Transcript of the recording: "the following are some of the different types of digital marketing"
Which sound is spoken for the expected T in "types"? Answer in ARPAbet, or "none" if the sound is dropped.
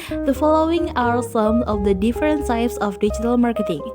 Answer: S